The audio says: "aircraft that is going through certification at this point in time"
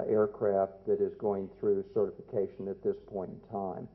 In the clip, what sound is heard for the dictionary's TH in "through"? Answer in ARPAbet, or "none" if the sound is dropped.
TH